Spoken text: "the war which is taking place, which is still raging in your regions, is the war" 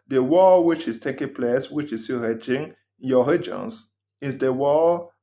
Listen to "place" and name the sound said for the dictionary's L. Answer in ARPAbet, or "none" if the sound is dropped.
L